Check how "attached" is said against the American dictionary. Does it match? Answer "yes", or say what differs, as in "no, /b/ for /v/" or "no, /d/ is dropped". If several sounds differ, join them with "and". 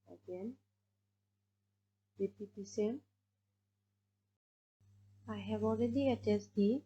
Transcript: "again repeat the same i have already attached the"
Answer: no, /s/ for /tʃ/